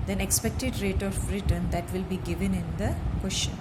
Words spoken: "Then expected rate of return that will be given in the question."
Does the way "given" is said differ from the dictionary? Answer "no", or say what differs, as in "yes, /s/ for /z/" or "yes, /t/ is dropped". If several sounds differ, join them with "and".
no